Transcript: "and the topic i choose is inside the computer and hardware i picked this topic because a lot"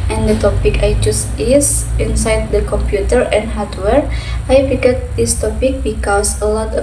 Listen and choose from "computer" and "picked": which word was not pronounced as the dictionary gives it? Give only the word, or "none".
picked